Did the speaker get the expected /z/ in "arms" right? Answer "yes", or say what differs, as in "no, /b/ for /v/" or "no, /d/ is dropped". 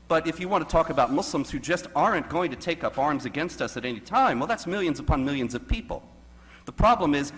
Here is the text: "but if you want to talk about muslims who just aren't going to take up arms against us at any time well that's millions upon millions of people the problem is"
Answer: yes